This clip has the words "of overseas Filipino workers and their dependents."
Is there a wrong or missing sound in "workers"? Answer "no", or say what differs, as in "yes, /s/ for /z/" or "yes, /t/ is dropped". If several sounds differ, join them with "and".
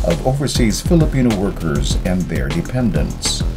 no